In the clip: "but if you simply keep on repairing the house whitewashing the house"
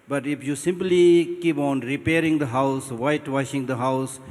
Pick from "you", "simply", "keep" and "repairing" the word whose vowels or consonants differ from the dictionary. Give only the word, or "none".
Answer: none